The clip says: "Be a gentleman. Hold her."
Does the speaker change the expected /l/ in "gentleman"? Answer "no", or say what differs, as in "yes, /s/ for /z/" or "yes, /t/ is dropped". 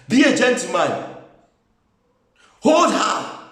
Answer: yes, /l/ is dropped